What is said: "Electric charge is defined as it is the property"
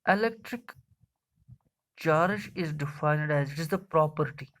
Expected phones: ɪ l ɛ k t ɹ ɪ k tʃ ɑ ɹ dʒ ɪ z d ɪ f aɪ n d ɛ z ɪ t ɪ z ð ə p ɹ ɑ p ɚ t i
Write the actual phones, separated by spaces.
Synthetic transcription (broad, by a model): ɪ l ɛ k t ɹ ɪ k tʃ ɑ ɹ ʃ ɪ z d ɪ f aɪ n d ɛ z ɪ t ɪ z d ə p ɹ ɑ p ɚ t i